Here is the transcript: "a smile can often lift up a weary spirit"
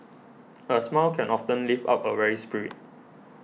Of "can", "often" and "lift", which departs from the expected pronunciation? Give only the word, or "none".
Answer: lift